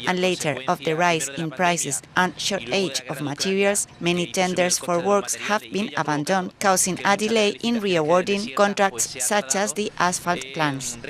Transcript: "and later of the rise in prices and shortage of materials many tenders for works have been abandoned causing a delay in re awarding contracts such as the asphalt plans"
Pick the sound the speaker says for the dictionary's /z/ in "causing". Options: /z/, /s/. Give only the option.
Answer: /s/